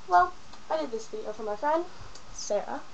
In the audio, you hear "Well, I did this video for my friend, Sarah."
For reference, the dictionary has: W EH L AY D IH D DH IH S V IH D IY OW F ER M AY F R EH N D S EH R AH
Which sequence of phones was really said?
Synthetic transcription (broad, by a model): W EH L AY D IH D DH IH S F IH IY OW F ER M AY F R EH N D S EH R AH